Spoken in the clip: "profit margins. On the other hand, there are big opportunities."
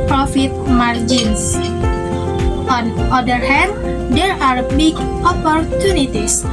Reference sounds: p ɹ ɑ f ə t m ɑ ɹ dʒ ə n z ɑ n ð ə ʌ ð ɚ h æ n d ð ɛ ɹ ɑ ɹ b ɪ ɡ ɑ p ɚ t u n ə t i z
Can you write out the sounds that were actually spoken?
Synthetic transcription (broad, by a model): p ɹ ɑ f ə t m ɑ ɹ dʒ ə n s ɑ n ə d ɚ h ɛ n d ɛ ɹ ɑ ɹ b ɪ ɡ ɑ p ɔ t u n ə t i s